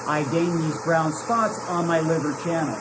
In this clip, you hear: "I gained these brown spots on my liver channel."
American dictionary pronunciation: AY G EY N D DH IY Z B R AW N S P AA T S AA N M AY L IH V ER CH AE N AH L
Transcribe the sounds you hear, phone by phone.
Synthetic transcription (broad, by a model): AY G EY N DH IY Z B R AW N S P AA T S N M AY L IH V ER CH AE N L